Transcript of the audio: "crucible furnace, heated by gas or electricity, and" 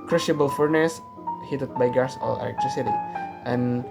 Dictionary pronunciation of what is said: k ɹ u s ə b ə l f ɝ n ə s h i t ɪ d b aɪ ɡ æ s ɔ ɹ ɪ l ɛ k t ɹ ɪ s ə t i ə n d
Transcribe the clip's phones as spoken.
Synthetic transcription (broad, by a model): k ɹ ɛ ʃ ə b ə l f ɝ n ə s h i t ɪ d b aɪ ɡ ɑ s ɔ l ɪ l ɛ k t ɹ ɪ s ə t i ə n